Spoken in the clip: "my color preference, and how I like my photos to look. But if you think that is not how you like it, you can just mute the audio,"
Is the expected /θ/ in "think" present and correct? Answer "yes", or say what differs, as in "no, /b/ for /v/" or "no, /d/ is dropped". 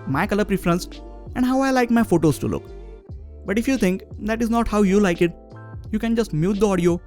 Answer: no, /t/ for /θ/